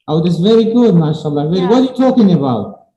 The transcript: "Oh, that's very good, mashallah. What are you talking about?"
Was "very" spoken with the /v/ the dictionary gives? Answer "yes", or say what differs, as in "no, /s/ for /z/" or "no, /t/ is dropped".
yes